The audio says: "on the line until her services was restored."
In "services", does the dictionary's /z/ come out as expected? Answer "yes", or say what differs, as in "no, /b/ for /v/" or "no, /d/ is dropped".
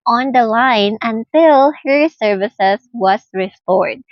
no, /s/ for /z/